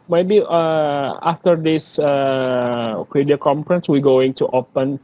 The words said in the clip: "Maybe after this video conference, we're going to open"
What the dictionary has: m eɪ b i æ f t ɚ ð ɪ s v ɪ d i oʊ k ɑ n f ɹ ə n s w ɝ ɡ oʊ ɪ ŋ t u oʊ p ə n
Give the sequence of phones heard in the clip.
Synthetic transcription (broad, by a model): m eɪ b i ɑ f t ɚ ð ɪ s f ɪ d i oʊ k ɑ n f ɹ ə n s w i ɡ oʊ ɪ ŋ t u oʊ p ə n